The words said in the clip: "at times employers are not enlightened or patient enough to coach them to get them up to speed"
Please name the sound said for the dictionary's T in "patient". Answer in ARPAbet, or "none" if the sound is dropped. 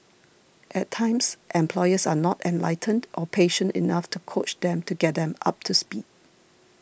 T